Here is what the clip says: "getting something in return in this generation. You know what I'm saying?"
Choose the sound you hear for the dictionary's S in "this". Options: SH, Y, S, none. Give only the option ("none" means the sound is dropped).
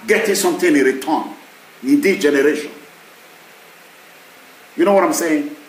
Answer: none